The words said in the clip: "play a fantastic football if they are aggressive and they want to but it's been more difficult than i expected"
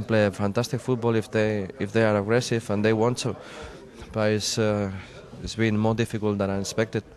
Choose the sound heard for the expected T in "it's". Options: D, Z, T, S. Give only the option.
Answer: S